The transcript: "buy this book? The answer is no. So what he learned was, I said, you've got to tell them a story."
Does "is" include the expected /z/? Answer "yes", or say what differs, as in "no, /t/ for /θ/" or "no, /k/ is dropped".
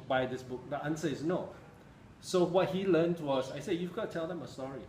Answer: no, /s/ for /z/